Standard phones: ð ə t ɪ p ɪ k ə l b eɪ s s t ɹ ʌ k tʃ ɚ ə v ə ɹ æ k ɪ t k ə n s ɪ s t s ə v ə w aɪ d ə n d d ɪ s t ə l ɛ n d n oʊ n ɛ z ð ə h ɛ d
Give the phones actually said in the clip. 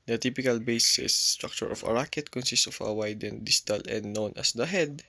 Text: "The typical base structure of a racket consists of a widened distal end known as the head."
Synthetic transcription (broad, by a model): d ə t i p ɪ k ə l b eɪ s s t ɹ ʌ k tʃ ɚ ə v ə ɹ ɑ k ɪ t k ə n s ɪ s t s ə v ə w aɪ d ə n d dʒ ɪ t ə l ɛ n d n oʊ n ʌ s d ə h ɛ d